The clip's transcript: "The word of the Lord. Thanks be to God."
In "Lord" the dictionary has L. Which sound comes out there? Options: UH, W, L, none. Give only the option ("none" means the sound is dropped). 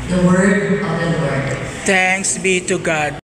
W